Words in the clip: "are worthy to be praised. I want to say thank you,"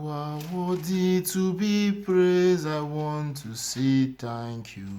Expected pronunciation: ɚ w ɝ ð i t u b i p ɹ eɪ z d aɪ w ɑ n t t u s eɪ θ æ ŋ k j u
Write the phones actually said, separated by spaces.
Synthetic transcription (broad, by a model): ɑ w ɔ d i t u b i p ɹ eɪ z aɪ w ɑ n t t u s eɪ t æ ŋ k j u